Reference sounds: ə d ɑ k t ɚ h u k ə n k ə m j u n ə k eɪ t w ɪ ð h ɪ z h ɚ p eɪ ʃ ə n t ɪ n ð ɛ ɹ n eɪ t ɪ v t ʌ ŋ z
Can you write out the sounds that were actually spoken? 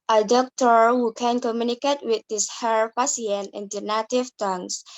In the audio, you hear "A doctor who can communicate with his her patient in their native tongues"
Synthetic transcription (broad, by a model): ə d ɑ k t ɚ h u k ə n k ə m j u n ə k eɪ t w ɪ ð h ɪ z h ɚ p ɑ s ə n ɪ n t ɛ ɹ n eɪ t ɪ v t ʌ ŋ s